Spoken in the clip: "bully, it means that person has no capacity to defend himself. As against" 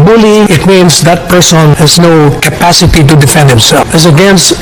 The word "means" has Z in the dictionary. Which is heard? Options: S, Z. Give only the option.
S